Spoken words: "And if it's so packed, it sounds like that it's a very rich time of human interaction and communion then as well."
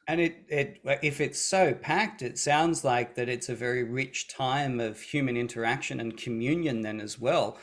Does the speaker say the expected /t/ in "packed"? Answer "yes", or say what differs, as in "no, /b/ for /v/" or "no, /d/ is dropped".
yes